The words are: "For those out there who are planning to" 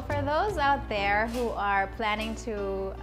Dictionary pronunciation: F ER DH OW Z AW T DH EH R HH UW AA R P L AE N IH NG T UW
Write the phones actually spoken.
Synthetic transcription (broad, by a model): F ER DH OW Z AW T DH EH R HH UW AA R P L AE N IH NG T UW